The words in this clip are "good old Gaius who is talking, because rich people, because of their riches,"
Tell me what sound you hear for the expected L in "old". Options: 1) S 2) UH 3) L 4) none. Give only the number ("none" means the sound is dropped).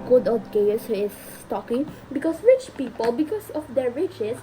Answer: 4